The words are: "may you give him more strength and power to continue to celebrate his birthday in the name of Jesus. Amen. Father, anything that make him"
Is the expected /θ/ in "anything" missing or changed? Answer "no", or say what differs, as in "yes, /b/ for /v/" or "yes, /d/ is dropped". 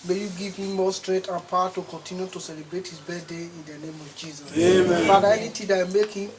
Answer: yes, /t/ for /θ/